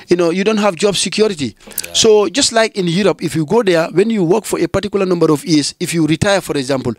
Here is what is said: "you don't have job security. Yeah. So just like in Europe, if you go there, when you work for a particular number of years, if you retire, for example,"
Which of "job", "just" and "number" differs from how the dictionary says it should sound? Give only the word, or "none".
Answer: none